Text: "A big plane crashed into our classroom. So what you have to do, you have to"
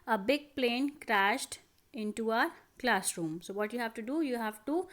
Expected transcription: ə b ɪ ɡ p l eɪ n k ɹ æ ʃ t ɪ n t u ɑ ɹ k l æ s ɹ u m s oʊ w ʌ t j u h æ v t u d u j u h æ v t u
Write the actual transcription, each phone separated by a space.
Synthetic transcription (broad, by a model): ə b ɪ ɡ p l eɪ n k ɹ æ ʃ t ɪ n t u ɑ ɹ k l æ s ɹ u m s oʊ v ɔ t j u h æ v t u d u j u h æ v t u